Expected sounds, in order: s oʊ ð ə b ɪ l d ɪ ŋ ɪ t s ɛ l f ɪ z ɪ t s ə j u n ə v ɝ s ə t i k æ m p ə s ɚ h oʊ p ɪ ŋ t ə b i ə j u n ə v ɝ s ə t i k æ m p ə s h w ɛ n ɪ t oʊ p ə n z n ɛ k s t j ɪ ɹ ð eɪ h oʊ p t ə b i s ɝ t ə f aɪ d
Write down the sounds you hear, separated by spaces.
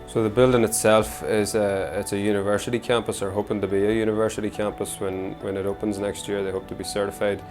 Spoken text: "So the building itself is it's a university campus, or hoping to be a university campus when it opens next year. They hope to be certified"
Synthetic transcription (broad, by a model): s oʊ ð ə b ɪ l d ɪ ŋ ɪ t s ɛ l f ɪ z ɪ t s ə j u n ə v ɝ s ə t i k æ m p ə s ɚ h oʊ p ɪ ŋ t ə b i ə j u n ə v ɝ s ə t i k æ m p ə s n w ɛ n ɪ t oʊ p ə n z n ɛ k s t j ɪ ɹ ð eɪ h oʊ p t ə b i s ɝ t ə f aɪ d